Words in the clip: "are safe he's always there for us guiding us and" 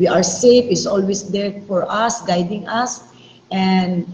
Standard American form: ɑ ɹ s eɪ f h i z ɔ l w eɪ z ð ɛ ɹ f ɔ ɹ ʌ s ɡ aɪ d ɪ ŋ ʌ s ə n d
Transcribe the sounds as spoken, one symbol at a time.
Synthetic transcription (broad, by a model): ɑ ɹ s eɪ f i s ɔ l w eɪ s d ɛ ɹ f ɔ ɹ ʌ s ɡ aɪ d ɪ ŋ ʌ s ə n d